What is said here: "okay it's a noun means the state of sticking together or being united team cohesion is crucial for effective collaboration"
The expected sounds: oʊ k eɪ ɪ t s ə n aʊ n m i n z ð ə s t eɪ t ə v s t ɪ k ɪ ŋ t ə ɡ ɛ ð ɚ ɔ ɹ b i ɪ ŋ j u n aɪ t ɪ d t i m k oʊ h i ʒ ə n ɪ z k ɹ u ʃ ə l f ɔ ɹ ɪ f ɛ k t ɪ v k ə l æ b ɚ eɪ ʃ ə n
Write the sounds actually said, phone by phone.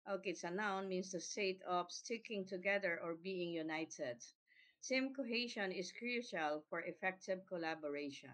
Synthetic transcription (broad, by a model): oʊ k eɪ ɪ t s ə n aʊ n m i n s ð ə s t eɪ t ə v s t ɪ k ɪ ŋ t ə ɡ ɛ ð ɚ ɔ ɹ b i ɪ ŋ j u n aɪ t ɪ d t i m k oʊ h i ʃ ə n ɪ s k ɹ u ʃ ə l f ɔ ɹ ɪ f ɛ k t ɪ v k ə l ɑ b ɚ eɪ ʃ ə n